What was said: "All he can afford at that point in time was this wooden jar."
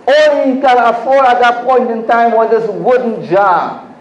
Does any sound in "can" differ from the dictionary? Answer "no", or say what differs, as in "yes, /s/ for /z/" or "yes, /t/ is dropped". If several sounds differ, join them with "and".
yes, /l/ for /n/